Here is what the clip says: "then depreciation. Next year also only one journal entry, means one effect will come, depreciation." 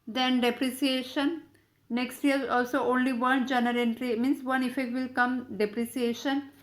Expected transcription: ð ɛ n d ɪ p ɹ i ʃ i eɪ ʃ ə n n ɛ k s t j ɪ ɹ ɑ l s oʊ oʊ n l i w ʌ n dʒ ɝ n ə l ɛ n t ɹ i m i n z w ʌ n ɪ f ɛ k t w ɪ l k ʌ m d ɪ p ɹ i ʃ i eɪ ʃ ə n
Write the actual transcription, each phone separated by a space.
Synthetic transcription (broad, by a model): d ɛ n d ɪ p ɹ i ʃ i eɪ ʃ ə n n ɛ k s t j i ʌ ɑ l s oʊ oʊ n l i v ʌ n dʒ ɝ n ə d ɛ n t ɹ i m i n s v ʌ n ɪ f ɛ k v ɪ l k ʌ m d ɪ p ɹ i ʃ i eɪ ʃ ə n